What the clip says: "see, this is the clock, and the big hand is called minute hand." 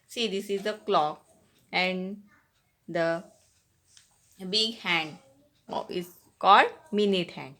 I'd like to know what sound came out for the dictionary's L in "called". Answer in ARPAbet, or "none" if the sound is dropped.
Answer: L